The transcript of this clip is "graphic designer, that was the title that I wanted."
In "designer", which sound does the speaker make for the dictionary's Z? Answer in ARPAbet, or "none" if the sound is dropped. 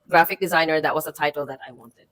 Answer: Z